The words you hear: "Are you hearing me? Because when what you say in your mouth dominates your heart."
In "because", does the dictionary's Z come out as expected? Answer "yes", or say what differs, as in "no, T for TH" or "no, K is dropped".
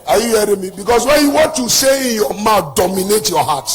no, S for Z